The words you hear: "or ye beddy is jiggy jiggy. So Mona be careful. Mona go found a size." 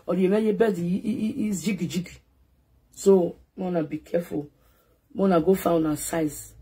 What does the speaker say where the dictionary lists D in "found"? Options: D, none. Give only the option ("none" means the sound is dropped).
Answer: none